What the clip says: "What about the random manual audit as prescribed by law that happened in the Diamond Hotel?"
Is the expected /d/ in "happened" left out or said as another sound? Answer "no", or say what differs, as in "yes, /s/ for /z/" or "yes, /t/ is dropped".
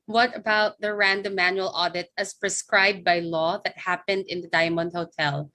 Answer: no